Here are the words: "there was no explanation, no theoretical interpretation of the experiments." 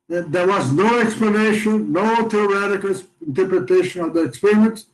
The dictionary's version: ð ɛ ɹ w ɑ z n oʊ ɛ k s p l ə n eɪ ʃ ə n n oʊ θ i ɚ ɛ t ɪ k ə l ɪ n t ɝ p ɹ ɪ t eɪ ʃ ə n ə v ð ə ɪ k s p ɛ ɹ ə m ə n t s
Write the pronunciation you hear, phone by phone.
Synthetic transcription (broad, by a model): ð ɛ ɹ w ɑ z n oʊ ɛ k s p l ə n eɪ ʃ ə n n oʊ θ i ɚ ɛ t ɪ k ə l ɪ n t ɝ p ɹ ɪ t eɪ ʃ ə n ə v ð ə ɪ k s p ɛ ɹ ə m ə n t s